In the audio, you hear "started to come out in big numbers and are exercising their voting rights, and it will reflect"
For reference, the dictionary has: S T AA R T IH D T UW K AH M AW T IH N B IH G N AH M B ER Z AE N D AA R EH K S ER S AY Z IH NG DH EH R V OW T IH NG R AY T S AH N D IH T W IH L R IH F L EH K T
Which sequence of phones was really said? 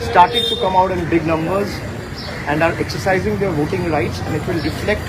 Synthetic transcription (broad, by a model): S T AA R T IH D T UW K AH M AW T IH N B IH G N AH M B ER Z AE N D AA R EH K S ER S AY Z IH NG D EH R V OW T IH NG R AY T S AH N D IH T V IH L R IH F L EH K T